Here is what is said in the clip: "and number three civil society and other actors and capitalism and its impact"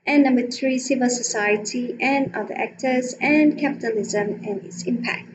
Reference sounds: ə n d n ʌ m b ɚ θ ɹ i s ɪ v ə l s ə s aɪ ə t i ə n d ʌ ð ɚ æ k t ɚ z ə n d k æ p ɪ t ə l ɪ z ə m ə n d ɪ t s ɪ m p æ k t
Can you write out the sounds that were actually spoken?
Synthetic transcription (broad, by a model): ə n n ʌ m b ɚ θ ɹ i s ɪ v ə l s ə s aɪ ə t i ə n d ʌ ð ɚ æ k t ɚ z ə n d k æ p ɪ t ə l ɪ z ə m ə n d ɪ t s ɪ m p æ k t